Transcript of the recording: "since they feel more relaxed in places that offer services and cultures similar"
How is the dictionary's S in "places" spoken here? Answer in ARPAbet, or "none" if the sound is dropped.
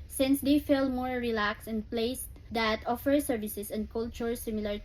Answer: none